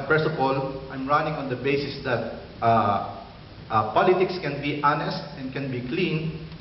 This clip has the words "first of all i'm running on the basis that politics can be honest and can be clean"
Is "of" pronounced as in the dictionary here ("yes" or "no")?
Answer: no